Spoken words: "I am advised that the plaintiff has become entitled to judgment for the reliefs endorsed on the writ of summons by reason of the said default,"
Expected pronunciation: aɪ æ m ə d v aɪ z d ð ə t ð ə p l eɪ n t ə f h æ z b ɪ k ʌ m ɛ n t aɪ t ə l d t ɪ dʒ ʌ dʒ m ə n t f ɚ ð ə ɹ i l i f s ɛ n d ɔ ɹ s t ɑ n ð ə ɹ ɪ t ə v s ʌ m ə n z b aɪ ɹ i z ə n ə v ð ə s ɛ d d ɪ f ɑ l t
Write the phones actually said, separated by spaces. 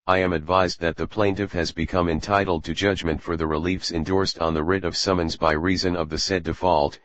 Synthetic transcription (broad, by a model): aɪ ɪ m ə d v aɪ z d ð ə t ð ə p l eɪ n t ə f h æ z b ɪ k ʌ m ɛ n t aɪ t l d t ɪ dʒ ʌ dʒ m ə n t f ɚ ð ə ɹ i l i f s ɛ n d ɔ ɹ s t n ð ə ɹ ɪ t ə v s ʌ m ə n z b aɪ ɹ i z ə n ə v ð ə s ɛ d d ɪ f ɑ l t